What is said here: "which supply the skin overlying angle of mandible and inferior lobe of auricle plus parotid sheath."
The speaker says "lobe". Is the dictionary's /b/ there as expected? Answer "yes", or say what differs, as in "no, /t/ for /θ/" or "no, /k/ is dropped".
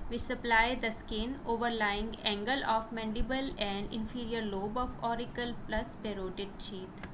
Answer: yes